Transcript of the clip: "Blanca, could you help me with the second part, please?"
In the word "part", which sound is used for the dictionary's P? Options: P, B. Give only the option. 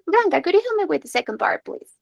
B